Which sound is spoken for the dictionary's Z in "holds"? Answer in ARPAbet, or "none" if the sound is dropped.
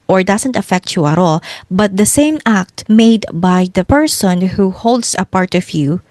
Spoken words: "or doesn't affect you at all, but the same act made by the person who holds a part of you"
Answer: S